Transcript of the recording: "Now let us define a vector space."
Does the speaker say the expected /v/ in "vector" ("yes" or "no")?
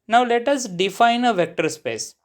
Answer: yes